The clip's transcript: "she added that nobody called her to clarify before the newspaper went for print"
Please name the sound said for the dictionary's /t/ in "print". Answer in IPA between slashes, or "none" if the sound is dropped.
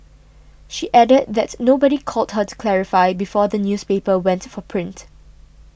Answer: /t/